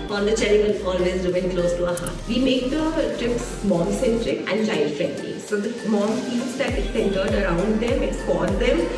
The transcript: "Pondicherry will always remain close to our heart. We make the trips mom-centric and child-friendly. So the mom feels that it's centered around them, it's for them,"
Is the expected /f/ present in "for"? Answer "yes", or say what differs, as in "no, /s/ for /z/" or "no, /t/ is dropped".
no, /p/ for /f/